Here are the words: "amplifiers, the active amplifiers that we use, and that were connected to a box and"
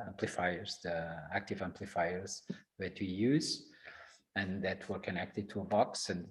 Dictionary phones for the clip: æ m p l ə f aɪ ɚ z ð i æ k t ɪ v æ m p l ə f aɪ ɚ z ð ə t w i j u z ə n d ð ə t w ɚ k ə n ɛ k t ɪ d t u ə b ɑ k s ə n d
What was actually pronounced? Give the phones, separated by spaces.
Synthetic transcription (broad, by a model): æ m p l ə f aɪ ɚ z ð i æ k t ɪ v æ m p l ə f aɪ ɚ z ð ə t w i j u z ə n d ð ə t w ɚ k ə n ɛ k t ɪ d t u ə b ɑ k s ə n